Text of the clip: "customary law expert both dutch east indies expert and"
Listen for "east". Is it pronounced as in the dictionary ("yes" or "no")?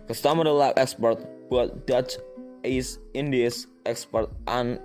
no